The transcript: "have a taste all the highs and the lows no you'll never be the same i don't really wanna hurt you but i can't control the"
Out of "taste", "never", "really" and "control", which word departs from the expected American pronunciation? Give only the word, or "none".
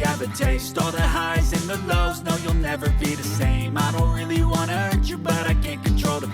none